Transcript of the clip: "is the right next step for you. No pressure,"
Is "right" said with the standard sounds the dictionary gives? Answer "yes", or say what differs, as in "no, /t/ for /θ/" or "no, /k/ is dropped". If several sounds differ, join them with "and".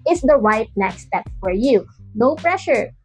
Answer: no, /w/ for /ɹ/